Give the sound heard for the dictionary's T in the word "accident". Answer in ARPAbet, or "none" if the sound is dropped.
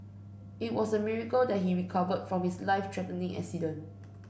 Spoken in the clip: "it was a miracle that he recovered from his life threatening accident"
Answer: none